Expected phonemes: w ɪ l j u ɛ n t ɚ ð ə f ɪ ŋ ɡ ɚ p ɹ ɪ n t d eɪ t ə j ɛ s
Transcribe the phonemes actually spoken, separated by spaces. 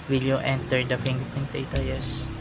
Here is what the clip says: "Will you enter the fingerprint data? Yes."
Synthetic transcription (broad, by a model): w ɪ l j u ɛ n t ɚ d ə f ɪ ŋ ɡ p ɪ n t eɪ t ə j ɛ s